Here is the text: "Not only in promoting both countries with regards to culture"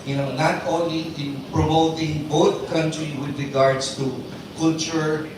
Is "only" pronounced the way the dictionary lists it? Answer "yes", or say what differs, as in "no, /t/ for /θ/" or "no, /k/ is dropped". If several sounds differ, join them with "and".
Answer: yes